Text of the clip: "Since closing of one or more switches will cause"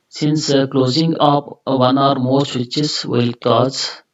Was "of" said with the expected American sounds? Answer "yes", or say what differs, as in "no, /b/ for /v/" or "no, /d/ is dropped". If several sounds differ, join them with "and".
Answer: no, /p/ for /v/